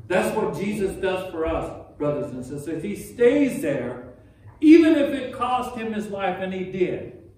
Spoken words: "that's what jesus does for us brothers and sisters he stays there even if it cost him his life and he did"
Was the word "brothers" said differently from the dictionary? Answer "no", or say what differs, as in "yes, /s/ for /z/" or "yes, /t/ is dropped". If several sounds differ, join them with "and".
no